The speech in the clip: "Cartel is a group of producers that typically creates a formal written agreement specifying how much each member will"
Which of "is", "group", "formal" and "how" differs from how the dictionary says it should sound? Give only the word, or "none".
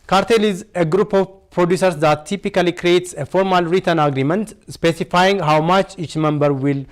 none